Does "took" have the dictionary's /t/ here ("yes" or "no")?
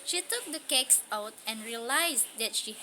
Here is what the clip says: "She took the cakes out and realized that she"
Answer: yes